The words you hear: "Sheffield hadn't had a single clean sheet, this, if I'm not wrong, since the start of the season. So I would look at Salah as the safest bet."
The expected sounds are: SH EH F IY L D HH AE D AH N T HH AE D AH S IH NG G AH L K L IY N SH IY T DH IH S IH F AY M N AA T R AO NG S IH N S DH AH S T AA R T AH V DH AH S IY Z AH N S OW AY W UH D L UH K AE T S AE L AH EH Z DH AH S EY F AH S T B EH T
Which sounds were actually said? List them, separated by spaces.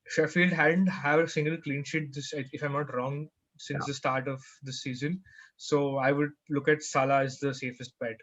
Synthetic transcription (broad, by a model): SH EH F IY L D HH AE D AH N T HH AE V AH S IH NG G AH L K L IY N SH IY T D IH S IH F AY M N AA T R AO NG S IH N S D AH S T AA R T AH V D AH S IY Z AH N S OW AY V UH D L UH K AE T S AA L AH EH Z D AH S EY F AH S T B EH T